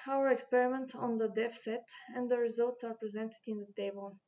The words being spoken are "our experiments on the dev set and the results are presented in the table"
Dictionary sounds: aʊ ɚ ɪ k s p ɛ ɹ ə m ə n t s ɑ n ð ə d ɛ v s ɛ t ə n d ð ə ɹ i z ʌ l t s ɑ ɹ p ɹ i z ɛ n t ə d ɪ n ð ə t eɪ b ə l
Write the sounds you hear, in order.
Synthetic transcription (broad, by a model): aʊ ɚ ɪ k s p ɛ ɹ ə m ə n t s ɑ n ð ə d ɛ f s ɛ t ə n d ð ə ɹ i z ʌ l t s ɑ ɹ p ɹ i z ɛ n t ə d ɪ n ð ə t eɪ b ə l